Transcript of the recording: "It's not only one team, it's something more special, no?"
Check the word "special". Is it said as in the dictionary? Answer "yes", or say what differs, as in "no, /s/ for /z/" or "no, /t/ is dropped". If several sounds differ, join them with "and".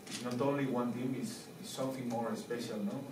yes